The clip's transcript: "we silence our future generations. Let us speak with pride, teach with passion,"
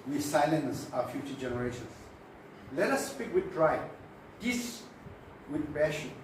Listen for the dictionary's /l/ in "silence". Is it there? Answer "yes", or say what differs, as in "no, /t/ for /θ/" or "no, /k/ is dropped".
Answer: yes